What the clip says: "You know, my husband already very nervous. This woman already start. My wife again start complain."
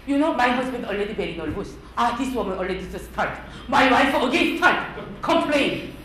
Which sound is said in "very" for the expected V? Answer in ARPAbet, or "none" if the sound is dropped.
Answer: B